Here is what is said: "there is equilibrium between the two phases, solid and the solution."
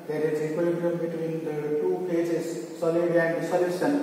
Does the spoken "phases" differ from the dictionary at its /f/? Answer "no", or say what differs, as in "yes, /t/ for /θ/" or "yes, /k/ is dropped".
yes, /p/ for /f/